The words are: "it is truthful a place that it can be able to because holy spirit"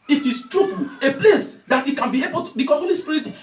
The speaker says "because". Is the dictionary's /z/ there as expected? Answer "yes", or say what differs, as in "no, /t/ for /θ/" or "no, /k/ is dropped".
no, /z/ is dropped